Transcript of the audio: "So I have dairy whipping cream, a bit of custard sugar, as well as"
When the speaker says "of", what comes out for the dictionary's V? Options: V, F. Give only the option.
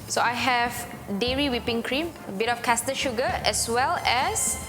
F